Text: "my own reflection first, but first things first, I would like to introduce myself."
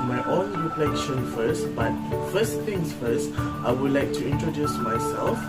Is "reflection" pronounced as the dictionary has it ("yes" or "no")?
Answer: no